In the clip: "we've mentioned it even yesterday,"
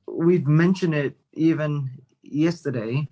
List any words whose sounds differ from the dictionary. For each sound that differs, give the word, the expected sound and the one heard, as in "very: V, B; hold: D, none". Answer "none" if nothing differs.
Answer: none